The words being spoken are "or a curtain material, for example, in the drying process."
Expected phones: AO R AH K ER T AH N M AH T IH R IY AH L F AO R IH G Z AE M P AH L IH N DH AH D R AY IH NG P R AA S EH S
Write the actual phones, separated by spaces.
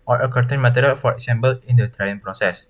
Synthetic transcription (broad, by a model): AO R AH K ER T AH N M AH T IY R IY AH L F AO R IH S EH M B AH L IH N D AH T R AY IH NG P R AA S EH S